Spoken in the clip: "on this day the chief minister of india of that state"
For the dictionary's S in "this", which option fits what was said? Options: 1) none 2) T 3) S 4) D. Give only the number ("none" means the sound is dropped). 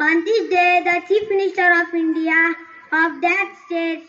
1